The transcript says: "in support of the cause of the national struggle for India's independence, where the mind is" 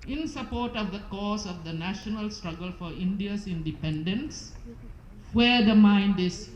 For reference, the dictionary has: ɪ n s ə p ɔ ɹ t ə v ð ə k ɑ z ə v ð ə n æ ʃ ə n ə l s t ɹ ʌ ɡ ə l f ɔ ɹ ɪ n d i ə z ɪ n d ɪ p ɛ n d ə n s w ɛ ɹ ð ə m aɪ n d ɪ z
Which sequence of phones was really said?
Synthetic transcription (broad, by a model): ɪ n s ə p ɔ ɹ t ə v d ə k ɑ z ə v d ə n æ ʃ ə n ə l s t ɹ ʌ ɡ ə l f ɔ ɹ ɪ n d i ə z ɪ n d ɪ p ɛ n d ə n s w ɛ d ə m aɪ n d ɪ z